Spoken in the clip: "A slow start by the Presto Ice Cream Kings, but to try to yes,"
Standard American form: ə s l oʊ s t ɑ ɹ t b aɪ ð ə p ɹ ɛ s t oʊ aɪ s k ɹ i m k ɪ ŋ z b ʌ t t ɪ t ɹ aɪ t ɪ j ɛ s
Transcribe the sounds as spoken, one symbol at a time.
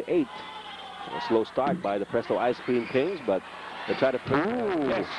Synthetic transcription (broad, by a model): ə s l oʊ s t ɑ ɹ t b aɪ ð ə p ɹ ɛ s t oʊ aɪ s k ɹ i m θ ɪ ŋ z b ʌ t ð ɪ t ɹ aɪ t ɪ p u